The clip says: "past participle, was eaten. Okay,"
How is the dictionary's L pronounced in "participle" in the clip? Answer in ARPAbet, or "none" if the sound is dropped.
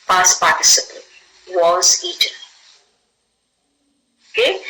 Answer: N